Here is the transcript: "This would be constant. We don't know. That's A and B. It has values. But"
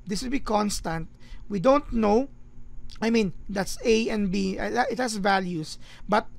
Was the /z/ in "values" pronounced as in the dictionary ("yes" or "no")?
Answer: no